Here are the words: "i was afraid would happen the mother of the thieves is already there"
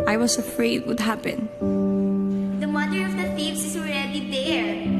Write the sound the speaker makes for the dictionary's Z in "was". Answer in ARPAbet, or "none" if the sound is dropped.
S